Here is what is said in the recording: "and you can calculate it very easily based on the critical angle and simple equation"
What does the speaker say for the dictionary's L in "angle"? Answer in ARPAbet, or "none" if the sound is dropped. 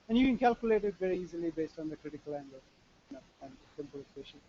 N